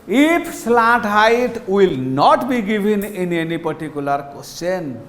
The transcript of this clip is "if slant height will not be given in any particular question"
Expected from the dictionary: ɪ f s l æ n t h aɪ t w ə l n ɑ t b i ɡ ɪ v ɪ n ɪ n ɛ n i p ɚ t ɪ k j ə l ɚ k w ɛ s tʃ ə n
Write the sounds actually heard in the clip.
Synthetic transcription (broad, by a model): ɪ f s l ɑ t h aɪ t w ə l n ɑ t b i ɡ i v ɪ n ɪ n ɛ n i p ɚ t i k j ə l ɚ k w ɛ s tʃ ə n